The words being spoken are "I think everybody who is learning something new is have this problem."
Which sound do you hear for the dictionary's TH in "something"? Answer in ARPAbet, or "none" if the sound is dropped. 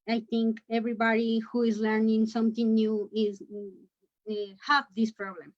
T